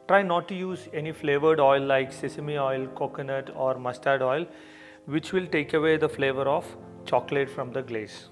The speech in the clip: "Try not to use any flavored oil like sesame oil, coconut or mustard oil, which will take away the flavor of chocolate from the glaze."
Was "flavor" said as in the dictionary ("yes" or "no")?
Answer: yes